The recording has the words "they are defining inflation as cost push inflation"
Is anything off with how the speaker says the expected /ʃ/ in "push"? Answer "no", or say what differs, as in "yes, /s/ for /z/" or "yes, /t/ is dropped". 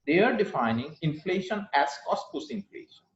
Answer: yes, /s/ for /ʃ/